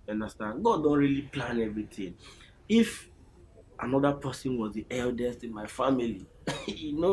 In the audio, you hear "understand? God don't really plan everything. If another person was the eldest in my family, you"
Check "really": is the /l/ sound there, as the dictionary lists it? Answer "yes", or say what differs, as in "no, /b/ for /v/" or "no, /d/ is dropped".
yes